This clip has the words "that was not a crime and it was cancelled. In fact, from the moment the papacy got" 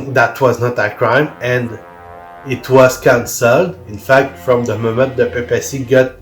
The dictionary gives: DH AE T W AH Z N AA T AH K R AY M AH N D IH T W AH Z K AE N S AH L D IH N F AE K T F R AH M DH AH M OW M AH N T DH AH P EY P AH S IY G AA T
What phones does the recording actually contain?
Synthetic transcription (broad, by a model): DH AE T W AH Z N AA T AH K R AY M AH N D IH T W AH Z K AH N S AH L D IH N F AE K T F R AH M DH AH M OW M AH N T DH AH P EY P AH S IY G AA T